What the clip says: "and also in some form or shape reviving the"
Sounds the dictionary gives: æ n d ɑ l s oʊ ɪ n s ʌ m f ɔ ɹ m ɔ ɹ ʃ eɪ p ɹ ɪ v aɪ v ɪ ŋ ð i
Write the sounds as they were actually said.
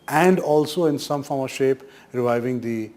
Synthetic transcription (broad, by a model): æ n d ɑ l s oʊ ɪ n s ʌ m f ɔ ɹ m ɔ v ʃ eɪ p ɹ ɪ v aɪ v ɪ ŋ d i